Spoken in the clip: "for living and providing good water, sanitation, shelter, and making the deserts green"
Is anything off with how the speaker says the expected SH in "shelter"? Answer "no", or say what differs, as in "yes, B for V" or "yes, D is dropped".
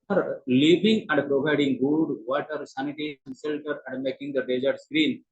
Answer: yes, S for SH